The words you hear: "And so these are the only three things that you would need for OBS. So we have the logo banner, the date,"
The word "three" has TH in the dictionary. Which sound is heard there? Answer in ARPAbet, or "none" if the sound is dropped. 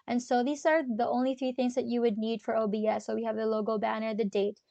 TH